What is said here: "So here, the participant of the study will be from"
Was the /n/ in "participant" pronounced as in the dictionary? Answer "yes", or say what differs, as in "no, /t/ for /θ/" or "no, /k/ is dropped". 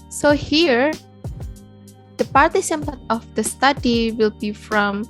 no, /n/ is dropped